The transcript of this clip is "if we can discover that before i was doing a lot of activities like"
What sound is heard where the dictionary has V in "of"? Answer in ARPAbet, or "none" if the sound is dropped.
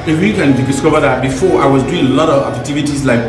V